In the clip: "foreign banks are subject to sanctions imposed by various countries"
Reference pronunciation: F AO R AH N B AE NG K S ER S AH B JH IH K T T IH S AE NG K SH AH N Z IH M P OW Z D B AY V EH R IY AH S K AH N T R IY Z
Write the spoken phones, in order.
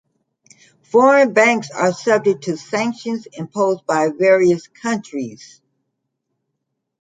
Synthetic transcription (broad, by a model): F AO R AH N B AE NG K S ER S AH B JH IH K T T IH S AE NG K SH AH N Z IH M P OW Z B AY V EH R IY AH S K AH N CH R IY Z